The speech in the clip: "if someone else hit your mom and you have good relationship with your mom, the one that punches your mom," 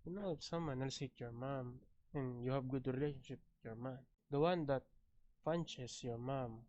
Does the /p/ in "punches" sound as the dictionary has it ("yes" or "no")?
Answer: no